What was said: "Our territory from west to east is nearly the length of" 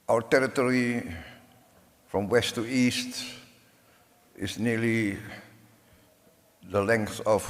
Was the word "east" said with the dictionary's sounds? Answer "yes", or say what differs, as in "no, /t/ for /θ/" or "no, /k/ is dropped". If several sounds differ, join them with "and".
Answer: yes